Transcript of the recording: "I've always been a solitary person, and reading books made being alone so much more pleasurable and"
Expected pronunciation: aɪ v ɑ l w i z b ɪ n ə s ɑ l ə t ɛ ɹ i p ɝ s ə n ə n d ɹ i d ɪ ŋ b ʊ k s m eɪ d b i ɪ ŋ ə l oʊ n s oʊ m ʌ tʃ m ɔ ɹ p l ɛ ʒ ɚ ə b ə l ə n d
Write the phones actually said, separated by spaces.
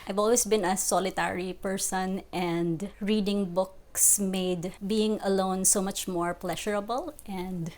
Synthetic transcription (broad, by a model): aɪ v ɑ l w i s b ɪ n ə s ɑ l ə t ɛ ɹ i p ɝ s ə n ə n d ɹ i d ɪ ŋ b ʊ k s m eɪ d b i ɪ ŋ ə l oʊ n s oʊ m ʌ tʃ m ɔ ɹ p l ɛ ʃ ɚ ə b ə l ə n d